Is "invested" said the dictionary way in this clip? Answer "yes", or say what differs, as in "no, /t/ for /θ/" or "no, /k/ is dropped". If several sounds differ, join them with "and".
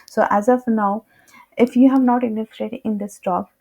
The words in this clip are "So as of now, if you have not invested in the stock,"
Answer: no, /v/ is dropped